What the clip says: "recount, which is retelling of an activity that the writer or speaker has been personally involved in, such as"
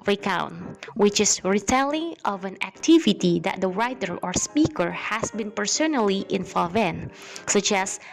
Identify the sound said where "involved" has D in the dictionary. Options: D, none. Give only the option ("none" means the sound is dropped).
none